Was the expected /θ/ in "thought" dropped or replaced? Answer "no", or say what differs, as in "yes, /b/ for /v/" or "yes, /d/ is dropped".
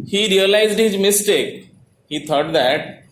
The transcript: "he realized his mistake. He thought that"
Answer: yes, /t/ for /θ/